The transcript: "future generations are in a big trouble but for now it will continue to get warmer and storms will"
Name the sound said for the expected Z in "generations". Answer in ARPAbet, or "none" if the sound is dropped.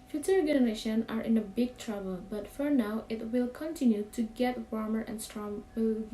none